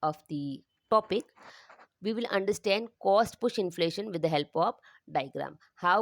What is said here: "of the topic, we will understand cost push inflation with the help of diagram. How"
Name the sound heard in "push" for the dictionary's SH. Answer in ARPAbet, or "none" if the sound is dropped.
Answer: SH